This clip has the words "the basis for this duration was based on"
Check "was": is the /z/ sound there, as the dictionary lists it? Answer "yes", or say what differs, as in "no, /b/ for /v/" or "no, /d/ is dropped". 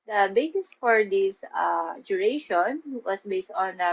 no, /s/ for /z/